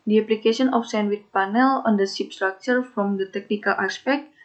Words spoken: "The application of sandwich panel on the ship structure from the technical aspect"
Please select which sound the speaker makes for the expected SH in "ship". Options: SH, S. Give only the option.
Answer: S